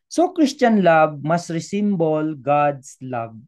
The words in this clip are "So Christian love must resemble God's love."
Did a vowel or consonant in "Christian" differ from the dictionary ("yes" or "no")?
yes